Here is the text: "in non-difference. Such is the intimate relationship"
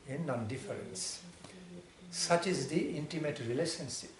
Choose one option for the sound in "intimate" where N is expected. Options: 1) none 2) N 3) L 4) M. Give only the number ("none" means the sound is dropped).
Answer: 2